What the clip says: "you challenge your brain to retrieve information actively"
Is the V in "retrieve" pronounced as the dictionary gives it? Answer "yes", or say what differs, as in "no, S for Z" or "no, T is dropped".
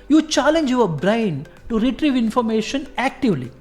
yes